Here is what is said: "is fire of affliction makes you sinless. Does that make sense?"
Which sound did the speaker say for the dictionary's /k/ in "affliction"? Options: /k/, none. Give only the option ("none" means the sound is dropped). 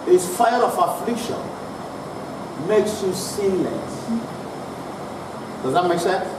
/k/